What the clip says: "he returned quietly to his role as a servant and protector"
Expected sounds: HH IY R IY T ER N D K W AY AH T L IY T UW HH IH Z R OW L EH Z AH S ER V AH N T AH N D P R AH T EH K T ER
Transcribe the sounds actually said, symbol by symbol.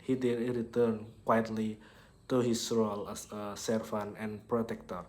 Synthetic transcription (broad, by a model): HH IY R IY T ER N K W AY AH T L IY T UW HH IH S R OW L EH S AH S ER F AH N AH N P R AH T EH K T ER